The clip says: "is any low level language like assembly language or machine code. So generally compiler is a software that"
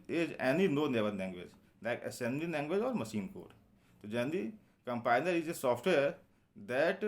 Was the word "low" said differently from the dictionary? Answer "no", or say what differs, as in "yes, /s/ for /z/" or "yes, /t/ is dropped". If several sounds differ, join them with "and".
yes, /n/ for /l/